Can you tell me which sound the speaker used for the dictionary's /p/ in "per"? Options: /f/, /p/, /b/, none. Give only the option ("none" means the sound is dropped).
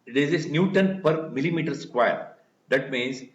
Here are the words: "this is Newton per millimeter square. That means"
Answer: /p/